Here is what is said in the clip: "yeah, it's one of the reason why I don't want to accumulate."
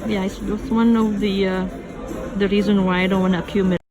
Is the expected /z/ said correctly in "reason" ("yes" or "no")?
yes